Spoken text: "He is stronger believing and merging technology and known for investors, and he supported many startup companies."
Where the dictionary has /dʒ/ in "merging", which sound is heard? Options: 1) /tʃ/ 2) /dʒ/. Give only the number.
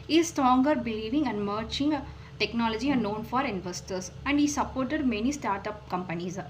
1